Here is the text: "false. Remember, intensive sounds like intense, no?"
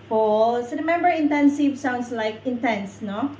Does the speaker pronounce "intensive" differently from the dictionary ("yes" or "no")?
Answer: no